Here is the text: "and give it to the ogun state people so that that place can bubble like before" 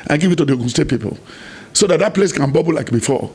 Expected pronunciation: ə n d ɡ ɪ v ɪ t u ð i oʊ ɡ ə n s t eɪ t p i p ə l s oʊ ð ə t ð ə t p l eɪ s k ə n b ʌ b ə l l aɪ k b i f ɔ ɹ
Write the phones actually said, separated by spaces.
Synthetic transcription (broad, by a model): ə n ɡ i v ɪ t u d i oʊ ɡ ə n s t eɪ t p i p ə l s oʊ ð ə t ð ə t p l eɪ s k ə n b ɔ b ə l l aɪ k b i f ɔ